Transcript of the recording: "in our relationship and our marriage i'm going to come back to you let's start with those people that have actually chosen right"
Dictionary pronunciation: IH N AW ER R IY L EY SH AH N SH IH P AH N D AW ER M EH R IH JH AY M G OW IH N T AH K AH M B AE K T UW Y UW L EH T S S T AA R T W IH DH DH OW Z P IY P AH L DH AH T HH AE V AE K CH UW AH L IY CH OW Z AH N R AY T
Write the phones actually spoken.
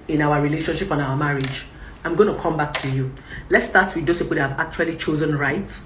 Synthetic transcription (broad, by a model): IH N AW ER R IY L EY SH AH N SH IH P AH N AW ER M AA R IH JH AY M G OW IH N T AH K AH M B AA K T UW Y UW L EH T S S T AA T W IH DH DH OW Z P IY P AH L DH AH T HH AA V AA K CH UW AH L IY CH OW Z AH N R AY T